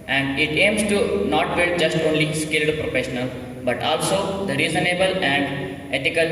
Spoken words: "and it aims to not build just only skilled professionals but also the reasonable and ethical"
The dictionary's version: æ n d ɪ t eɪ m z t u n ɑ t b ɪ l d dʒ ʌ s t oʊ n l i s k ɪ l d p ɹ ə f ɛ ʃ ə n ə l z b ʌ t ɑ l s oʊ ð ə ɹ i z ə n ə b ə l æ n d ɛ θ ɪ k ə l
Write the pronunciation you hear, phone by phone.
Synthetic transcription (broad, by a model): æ n d ɪ t eɪ m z t u n ɑ t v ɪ d dʒ ʌ s t oʊ n l i s k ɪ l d p ɹ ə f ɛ ʃ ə n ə l b ʌ t ɑ l s oʊ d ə ɹ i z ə n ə b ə l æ n d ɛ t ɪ k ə l